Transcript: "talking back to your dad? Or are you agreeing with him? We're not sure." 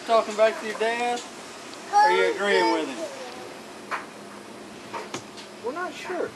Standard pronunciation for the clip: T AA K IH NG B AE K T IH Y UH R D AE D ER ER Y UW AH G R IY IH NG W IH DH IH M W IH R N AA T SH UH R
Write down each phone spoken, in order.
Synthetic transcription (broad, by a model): T AA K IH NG B AE K T IH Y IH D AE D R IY AH G R IY IH NG W IH DH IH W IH L N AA T SH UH R